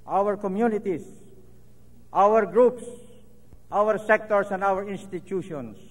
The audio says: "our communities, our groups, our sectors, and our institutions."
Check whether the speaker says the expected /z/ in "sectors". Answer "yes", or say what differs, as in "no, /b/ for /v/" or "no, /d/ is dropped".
no, /s/ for /z/